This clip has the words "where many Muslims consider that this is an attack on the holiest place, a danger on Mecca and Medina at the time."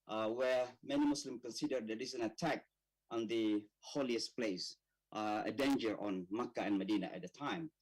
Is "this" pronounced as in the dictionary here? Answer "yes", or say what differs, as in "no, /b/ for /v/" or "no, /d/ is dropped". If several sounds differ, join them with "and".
no, /s/ is dropped